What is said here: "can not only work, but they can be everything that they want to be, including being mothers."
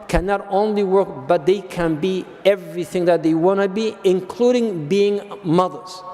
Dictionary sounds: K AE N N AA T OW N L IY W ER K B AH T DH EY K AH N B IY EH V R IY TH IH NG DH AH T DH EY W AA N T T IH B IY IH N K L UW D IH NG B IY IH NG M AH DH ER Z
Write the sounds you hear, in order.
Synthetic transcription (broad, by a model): K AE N N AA T OW N L IY W ER K B AH T DH EY K AH N B IY EH V R IY TH IH NG DH AH T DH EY W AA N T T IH B IY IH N K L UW D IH NG B IY IH NG M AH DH ER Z